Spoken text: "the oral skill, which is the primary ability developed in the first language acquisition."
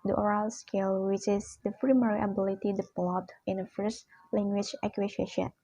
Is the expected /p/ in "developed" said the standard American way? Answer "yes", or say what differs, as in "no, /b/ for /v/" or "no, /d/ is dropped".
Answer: no, /p/ is dropped